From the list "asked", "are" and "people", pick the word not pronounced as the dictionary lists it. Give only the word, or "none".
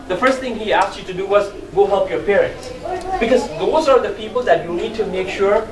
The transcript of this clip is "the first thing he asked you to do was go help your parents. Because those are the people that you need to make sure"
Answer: none